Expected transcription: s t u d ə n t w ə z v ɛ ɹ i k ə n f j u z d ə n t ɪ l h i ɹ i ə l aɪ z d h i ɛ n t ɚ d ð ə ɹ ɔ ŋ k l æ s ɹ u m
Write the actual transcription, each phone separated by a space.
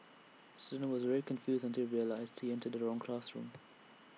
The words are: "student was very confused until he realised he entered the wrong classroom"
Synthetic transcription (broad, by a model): s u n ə w ə z v ɛ ɹ i k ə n f j u z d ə n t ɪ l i ɹ i ə l aɪ z d h i ɛ n t ɚ d ð ə ɹ ɔ ŋ k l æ s ɹ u m